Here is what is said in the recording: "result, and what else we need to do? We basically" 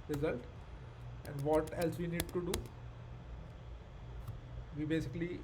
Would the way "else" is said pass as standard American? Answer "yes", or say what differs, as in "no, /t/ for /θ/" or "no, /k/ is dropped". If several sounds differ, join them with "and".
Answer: yes